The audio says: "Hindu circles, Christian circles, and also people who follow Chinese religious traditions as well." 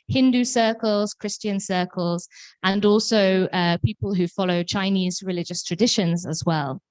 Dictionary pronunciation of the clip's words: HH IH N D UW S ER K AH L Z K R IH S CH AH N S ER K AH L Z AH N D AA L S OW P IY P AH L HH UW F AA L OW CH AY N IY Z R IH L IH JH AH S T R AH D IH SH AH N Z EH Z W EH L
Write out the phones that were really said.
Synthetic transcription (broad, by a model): HH IH N D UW S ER K AH L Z K R IH S CH AH N S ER K AH L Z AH N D AA L S OW P IY P AH L HH UW F AA L OW CH AY N IY Z R IH L IH JH AH S T R AH D IH SH AH N Z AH Z W EH L